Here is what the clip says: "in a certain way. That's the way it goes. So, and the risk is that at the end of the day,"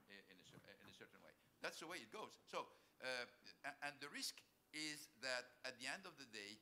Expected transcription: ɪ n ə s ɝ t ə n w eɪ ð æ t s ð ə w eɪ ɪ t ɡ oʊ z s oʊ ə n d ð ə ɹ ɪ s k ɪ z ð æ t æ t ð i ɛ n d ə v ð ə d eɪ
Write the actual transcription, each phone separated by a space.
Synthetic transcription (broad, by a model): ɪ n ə s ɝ t n w eɪ ð æ t s ð ə w eɪ ɪ t ɡ oʊ z s oʊ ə n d ð ə ɹ ɪ s k ɪ z ð æ t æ t ð i ɛ n d ə v ð ə d eɪ